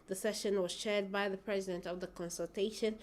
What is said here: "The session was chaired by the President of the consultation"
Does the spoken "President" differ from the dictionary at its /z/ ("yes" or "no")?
no